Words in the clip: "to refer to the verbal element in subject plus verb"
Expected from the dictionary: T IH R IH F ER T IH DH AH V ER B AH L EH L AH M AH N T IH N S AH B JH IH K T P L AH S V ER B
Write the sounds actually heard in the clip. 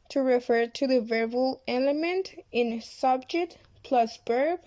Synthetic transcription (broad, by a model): T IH R IH F ER T IH DH AH V ER B AH L EH L AH M AH N T IH N S AH B JH IH K T P L AH S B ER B